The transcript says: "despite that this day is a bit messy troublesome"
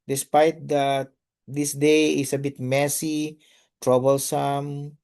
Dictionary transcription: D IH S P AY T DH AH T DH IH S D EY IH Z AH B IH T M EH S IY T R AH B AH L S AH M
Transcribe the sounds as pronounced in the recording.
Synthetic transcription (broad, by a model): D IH S P AY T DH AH T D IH S D EY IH S AH B IH T M EH S IY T R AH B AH L S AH M